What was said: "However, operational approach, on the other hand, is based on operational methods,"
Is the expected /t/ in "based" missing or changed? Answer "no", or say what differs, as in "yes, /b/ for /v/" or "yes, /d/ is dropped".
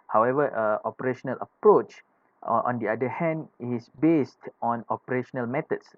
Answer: no